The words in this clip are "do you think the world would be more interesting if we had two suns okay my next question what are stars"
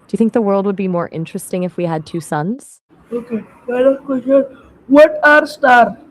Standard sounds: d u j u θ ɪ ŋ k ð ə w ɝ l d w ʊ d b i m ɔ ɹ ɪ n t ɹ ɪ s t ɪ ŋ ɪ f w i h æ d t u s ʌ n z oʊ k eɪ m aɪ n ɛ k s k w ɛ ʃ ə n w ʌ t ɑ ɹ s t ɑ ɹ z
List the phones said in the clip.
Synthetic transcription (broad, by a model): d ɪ j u θ ɪ ŋ k ð ə w ɝ l d w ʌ d b i m ɔ ɹ ɪ n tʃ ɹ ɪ s t ɪ ŋ ɪ f w i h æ d t u s ʌ n z oʊ k eɪ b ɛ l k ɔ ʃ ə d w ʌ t ɑ ɹ s t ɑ ɹ